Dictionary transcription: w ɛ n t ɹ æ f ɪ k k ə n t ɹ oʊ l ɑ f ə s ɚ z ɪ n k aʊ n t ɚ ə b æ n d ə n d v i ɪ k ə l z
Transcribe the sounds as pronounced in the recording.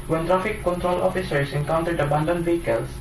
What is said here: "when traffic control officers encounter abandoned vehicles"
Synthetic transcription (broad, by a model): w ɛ n t ɹ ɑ f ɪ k k ə n t ɹ oʊ l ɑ f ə s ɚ s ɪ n k aʊ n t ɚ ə b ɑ n d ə n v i k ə l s